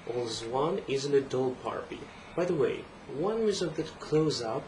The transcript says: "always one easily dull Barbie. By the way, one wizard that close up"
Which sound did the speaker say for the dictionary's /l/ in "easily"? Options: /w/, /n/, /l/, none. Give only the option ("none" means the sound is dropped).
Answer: /n/